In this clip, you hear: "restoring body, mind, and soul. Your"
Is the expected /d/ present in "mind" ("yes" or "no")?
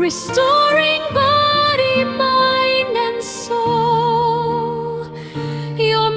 no